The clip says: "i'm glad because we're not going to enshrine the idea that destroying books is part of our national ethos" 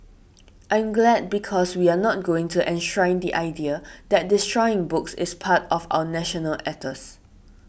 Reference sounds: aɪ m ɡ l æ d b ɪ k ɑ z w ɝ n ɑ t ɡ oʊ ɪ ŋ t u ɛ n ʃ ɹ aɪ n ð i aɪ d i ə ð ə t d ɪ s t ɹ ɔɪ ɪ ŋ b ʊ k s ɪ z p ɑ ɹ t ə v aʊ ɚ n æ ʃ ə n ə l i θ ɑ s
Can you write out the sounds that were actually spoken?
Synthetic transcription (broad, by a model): aɪ m ɡ l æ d b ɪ k ɑ s w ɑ n ɑ t ɡ oʊ ɪ ŋ t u ɛ n ʃ ɹ aɪ n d i aɪ d i ə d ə t d ɪ s t ɹ ɔɪ ɪ ŋ b ʊ k s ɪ s p ɑ t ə f aʊ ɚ n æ ʃ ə n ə l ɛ t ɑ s